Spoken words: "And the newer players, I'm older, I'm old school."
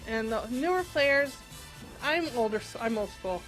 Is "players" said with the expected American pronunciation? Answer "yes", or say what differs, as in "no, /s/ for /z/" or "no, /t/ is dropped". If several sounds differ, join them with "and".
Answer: yes